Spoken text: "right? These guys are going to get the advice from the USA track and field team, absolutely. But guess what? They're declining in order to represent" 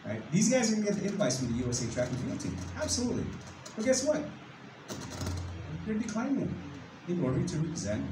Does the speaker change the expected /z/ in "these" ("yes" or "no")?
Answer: no